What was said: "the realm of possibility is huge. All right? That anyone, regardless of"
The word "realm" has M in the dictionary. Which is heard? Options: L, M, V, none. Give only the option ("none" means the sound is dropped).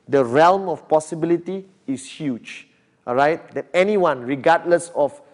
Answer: M